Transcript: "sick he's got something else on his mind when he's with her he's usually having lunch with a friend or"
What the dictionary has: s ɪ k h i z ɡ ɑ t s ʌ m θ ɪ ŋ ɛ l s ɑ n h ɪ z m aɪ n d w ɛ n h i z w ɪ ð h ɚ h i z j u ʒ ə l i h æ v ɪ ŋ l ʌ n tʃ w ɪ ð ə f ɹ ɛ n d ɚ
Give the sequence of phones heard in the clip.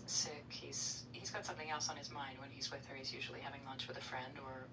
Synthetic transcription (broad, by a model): s ɪ k h i z ɡ ɑ t s ʌ m θ ɪ ŋ ɛ l s n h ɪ z m aɪ n d w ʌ n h i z w ɪ ð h ɚ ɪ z j u ʒ l i h æ v ɪ ŋ l ʌ n tʃ w ɪ ð ə f ɹ ɛ n d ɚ